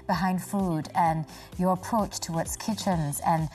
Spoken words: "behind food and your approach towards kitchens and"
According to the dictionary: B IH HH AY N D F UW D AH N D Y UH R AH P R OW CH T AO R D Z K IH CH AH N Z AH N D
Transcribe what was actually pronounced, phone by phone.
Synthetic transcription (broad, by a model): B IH HH AY N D F UW D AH N Y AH R AH P R OW CH T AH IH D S K IH CH AH N Z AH N